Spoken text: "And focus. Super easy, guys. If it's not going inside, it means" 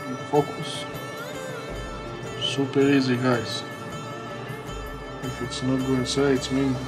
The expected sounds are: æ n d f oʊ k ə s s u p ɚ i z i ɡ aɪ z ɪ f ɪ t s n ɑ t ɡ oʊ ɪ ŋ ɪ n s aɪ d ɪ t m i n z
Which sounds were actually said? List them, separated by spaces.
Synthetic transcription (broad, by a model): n f oʊ k ə s s u p ɚ i z i ɡ aɪ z ɪ f ɪ t s n ɑ t ɡ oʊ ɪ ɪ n s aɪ ɪ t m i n